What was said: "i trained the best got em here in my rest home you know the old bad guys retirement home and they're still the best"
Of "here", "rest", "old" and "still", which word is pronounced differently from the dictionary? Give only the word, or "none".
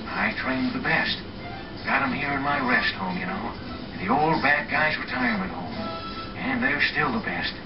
none